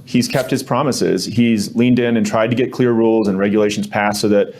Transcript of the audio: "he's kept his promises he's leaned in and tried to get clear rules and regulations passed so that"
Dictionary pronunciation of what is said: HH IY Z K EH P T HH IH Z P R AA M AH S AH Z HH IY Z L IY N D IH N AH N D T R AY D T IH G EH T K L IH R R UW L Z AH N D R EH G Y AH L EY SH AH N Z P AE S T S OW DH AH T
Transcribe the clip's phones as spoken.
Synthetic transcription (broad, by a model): HH IY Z K EH P T HH IH Z P R AA M AH S AH Z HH IY Z L IY N D IH N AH N T R AY D T IH G EH T K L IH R R UW L Z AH N R EH G Y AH L EY SH N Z P AE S S OW DH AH T